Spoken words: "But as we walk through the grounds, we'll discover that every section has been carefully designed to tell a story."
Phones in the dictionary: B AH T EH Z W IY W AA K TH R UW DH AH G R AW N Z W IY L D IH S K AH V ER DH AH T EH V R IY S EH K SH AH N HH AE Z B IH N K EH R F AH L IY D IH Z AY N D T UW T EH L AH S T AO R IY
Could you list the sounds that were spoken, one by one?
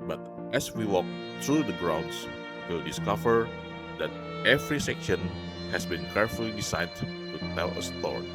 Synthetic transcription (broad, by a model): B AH T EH S W IY W AA K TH R UW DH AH G R AW N S W IY L D IH S K AH V ER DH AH T EH V R IY S EH K SH AH N HH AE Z B IH N K EH R F AH L IY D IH S AY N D T UW T EH L AH S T AO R